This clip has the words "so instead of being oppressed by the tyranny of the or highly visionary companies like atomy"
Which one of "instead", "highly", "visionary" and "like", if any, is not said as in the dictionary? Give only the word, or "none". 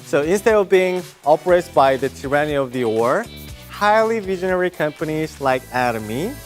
none